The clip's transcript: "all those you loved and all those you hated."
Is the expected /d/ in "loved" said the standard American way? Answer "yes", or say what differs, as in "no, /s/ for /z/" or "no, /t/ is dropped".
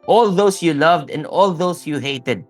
yes